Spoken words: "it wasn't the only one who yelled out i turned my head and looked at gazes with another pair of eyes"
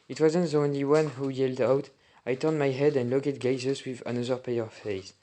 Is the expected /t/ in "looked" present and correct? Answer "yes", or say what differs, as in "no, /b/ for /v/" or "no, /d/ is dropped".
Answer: no, /t/ is dropped